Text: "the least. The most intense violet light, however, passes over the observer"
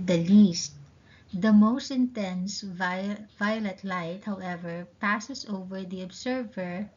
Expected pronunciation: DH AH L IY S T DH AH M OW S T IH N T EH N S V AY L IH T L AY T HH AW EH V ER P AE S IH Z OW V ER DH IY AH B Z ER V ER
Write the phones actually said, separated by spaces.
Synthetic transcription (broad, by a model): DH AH L IY S T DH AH M OW S T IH N T EH N S V AY L IH T L AY T HH AW EH V ER P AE S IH S OW V ER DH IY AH B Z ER V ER